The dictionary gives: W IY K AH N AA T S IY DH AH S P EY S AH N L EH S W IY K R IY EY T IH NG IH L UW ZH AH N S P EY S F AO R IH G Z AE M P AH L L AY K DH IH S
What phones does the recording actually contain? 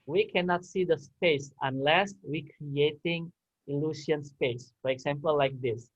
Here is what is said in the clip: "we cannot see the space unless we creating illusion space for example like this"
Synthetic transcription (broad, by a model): W IY K AH N AA T S IY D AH S P EY S AH N L EH S W IY K R IY EY T IH NG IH L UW S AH N S P EY S F AO R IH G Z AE M P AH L L AY K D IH S